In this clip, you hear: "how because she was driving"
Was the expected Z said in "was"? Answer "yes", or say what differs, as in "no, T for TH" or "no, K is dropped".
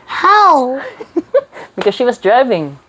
yes